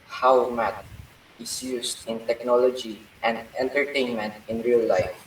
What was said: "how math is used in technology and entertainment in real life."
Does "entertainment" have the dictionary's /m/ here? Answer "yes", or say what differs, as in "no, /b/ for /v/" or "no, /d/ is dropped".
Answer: yes